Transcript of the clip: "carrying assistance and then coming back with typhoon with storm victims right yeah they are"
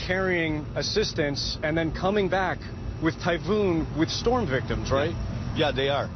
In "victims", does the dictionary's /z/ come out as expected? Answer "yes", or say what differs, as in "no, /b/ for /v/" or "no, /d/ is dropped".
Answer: yes